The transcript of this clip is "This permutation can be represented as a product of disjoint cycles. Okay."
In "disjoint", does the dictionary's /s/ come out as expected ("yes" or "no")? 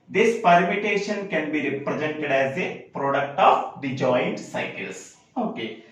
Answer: no